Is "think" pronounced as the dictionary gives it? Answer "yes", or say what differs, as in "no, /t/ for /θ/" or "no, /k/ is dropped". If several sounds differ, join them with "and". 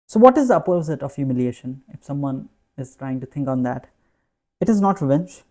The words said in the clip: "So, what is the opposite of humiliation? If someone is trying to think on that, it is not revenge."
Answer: no, /t/ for /θ/